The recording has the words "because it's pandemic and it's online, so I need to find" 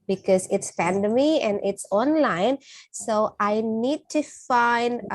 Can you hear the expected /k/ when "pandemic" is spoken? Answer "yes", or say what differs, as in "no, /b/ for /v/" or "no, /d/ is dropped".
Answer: no, /k/ is dropped